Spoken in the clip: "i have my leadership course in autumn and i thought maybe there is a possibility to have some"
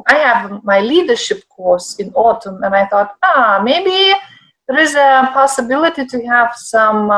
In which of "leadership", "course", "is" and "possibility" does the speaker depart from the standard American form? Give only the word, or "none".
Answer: none